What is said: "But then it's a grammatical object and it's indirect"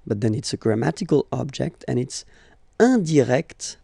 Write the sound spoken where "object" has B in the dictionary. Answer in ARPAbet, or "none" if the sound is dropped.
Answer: B